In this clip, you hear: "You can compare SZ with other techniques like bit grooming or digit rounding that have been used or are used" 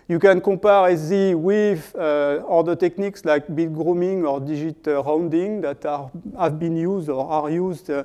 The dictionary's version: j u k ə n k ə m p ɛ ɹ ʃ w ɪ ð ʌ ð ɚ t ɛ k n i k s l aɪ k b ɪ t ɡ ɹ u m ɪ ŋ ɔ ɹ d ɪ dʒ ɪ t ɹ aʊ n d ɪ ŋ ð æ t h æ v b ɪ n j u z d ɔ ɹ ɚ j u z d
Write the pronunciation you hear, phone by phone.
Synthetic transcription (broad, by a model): j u k ə n k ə p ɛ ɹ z w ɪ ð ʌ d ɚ t ɛ k n i k s l aɪ k b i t ɡ ɹ u m ɪ ŋ ɔ ɹ d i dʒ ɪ t ɹ aʊ n d ɪ ŋ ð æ t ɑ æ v b ɪ n j u z d ɔ ɹ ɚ j u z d